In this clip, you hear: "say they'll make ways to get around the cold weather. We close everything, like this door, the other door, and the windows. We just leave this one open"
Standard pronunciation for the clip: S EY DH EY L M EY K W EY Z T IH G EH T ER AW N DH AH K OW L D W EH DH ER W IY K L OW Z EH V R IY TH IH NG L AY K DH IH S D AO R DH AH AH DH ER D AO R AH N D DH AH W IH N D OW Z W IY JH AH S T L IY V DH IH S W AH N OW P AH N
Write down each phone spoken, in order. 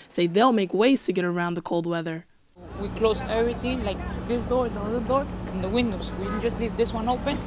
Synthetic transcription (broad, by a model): S EY DH EY L M EY K W EY Z T IH G EH T ER AW N DH AH K OW L D W EH DH ER W IY K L OW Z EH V R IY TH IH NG L AY K DH IH S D AO R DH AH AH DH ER D AO R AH N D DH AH W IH N D OW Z W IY JH AH S T L IY V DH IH S W AH N OW P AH N